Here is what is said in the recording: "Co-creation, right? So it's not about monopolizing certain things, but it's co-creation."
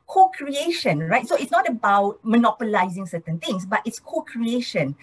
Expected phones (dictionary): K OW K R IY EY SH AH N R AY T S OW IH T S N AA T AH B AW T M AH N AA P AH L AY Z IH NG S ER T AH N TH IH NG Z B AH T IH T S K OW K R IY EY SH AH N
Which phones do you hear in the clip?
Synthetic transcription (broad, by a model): K OW K R IY EY SH AH N R AY T S OW IH T S N AA T AH B AW T M AH N AA P AH L AY Z IH NG S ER T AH N T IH NG S B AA T IH T S K OW K R IY EY SH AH N